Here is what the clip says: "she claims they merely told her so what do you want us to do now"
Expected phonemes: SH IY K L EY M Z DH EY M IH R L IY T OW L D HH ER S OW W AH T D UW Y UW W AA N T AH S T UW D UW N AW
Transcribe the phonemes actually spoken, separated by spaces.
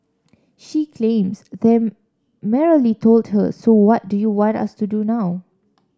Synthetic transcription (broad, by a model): SH IY K L EY M S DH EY M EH R L IY T OW L D HH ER S OW W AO T D UW Y UW W AA N T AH S T UW D UW N AW